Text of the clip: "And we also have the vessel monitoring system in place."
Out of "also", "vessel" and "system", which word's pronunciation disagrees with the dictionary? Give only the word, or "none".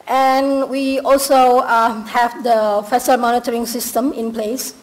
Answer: vessel